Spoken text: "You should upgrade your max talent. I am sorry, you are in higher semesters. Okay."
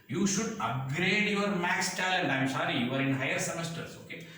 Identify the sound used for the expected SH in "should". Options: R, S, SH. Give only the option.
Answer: SH